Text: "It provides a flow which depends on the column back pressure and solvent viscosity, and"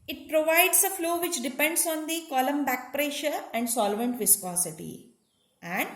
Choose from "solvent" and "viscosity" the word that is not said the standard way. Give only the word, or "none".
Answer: none